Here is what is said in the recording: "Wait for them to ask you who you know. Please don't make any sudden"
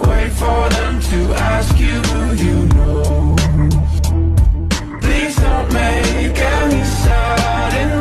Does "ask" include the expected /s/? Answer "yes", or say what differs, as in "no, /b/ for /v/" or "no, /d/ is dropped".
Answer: yes